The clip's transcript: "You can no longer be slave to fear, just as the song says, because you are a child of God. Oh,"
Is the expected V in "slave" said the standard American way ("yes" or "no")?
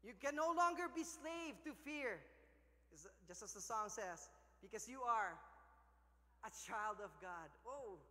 yes